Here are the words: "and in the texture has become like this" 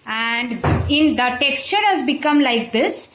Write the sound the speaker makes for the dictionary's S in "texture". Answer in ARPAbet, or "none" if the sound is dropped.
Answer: S